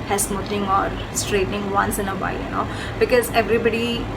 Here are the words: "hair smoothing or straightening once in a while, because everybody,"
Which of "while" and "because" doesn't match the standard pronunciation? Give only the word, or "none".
while